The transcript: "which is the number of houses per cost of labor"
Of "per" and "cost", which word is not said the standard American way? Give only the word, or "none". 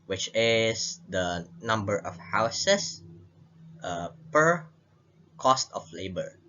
none